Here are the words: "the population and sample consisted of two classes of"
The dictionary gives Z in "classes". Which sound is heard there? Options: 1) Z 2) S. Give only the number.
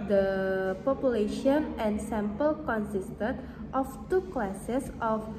2